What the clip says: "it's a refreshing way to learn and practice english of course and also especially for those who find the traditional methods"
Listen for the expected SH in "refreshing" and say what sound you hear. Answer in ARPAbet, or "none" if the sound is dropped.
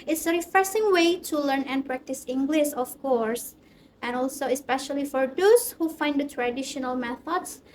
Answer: S